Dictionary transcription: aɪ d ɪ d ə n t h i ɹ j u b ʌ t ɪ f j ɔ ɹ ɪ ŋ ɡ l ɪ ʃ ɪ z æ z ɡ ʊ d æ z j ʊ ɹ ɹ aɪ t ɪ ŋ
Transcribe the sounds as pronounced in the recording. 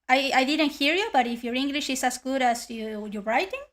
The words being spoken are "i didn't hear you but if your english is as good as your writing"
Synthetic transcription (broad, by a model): aɪ d ɪ d ə n t h i ɹ j u b ʌ t ɪ f j ɔ ɹ ɪ ŋ ɡ l ɪ ʃ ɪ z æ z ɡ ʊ d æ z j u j ɹ aɪ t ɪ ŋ